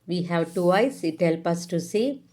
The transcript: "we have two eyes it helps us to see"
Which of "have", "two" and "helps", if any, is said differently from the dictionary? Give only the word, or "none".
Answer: helps